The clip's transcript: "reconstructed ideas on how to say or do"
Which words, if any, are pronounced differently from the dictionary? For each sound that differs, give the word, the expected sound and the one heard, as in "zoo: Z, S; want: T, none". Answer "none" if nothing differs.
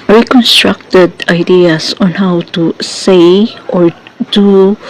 ideas: Z, S